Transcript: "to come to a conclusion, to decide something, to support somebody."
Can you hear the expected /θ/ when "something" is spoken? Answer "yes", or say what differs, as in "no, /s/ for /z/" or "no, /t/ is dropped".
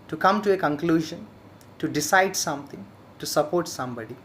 no, /t/ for /θ/